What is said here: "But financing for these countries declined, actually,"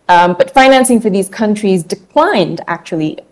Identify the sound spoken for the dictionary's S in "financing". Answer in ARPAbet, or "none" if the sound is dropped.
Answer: S